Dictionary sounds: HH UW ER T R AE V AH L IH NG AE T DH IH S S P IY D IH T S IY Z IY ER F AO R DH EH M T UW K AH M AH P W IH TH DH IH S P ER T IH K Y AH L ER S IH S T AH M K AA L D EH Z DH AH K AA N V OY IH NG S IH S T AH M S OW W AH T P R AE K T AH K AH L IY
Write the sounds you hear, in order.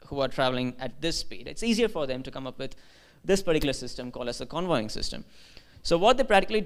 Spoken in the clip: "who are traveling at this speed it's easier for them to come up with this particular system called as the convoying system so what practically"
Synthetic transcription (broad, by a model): HH UW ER T R AE V AH L IH NG AE T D IH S S P IY D IH T S IY Z IY ER F AO R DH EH M T UW K AH M AH P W IH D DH IH S P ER T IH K Y L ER S IH S T AH M K AA L D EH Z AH K AA N V OY IH NG S IH S T AH M S OW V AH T P R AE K T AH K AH L IY